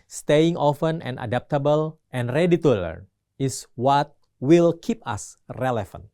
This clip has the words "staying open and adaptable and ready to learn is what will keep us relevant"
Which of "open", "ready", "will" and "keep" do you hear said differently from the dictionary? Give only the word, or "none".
open